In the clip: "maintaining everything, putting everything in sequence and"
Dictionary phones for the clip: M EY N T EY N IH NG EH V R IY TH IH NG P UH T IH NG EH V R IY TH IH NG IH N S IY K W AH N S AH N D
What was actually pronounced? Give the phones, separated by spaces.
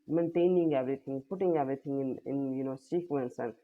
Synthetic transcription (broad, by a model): M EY N T EY N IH NG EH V R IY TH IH NG P UH T IH NG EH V R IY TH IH NG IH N S IY K W AH N S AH N